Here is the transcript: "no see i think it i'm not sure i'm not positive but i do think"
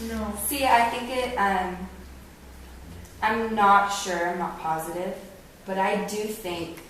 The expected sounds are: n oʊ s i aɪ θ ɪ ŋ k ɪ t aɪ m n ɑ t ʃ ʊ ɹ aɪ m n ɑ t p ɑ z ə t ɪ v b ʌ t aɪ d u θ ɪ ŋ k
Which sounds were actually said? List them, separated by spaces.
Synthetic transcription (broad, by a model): n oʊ s i aɪ θ ɪ ŋ k ɪ t aɪ m n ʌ t ʃ ʊ ɹ aɪ m n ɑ t p ɑ z ə t ɪ v b ʌ t aɪ d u θ ɪ ŋ k